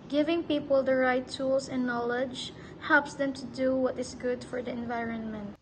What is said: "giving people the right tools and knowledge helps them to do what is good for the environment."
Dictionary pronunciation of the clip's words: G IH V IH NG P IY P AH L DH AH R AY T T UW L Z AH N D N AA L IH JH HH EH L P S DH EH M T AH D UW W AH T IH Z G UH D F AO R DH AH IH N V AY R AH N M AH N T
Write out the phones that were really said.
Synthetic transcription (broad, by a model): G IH V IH NG P IY P AH L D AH R AY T T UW L S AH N N AA L IH JH HH EH L P S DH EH M T AH D UW W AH T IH S G UH D F AO R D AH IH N V AY R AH N M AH N T